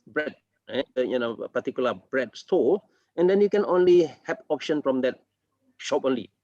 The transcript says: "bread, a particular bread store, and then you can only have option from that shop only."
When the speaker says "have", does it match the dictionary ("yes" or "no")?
no